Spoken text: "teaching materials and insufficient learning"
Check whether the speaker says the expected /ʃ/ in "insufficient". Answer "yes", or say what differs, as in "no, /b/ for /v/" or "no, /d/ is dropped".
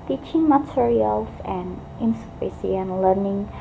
no, /s/ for /ʃ/